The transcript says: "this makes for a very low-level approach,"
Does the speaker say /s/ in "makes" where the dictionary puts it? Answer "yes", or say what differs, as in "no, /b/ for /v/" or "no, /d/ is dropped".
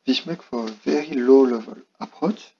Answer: no, /s/ is dropped